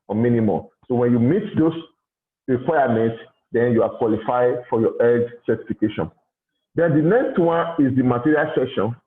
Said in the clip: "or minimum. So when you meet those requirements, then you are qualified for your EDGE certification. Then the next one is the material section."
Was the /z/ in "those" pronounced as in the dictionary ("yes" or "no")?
no